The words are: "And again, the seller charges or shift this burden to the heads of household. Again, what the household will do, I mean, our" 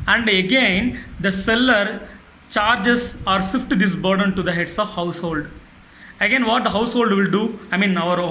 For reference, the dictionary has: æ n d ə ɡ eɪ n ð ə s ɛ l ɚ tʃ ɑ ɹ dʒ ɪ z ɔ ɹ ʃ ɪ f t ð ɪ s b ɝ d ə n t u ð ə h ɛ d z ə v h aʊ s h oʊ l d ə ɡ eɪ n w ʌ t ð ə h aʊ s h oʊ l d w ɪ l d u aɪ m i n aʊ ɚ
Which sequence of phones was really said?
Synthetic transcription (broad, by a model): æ n d ə ɡ eɪ n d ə s ɛ l ɚ tʃ ɑ ɹ dʒ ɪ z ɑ ɹ s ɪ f t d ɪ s b ɝ d ə n t u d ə h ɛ d s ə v h aʊ s h oʊ l d ə ɡ eɪ n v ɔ t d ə h aʊ s h oʊ l d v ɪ l d u aɪ m i n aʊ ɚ